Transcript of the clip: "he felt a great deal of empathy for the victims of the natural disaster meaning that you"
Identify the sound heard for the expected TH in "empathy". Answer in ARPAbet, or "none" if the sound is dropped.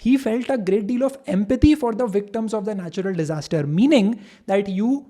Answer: T